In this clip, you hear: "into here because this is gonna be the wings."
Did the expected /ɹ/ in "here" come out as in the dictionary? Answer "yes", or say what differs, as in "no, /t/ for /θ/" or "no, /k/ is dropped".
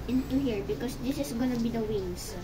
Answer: yes